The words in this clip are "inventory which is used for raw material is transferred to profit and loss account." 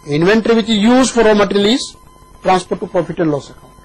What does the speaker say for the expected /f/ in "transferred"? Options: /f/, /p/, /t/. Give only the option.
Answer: /p/